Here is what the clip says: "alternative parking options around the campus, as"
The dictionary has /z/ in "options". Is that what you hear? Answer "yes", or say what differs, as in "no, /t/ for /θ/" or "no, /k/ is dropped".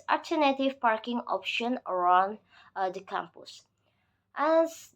no, /z/ is dropped